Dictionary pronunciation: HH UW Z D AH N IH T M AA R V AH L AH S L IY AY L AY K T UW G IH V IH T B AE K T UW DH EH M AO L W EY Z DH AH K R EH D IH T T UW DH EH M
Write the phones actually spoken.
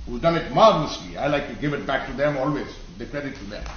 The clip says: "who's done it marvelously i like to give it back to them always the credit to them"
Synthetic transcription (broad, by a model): HH UW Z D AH L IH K M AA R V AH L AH S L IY AY L AY K T UW G IH V IH T B AE K T UW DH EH M AO L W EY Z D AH K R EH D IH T T UW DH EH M